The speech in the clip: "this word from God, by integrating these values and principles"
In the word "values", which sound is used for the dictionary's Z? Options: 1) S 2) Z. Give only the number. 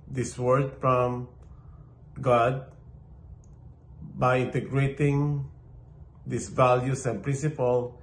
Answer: 1